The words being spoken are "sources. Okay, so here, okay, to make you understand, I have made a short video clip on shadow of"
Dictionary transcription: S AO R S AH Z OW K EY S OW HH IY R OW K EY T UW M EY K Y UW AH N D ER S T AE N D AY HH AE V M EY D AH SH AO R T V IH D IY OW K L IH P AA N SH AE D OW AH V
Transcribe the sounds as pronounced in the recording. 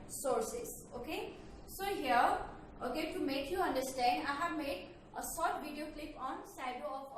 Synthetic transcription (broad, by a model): S AO R S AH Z OW K EY S OW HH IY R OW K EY T UW M EY K Y UW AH N D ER S T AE N D AY HH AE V M EY D AH S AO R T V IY D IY OW K L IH P AA N S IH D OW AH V